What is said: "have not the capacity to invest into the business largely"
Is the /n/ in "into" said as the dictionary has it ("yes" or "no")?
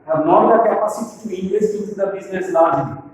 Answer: no